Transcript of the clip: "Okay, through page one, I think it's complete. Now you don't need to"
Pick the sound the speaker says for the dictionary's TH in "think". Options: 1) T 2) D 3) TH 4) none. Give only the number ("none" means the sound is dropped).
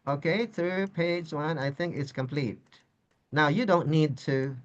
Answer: 3